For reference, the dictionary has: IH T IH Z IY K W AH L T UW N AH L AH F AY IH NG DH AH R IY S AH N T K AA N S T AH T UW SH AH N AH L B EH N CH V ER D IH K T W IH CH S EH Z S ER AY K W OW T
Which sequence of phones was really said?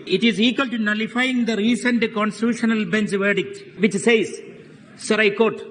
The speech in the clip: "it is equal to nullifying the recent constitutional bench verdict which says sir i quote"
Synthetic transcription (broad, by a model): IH T IH Z IY K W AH L T UW N AH L AH F AY IH NG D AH R IY S AH N T K AA N S T AH T UW SH AH N AH L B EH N S V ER D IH K T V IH CH S EH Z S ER AY K OW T